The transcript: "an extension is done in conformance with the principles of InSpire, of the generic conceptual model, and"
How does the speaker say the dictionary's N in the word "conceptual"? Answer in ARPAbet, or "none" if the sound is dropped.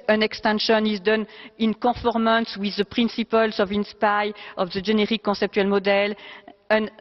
none